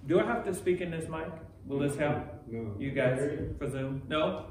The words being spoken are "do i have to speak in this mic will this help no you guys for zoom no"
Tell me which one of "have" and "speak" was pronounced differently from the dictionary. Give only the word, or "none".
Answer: have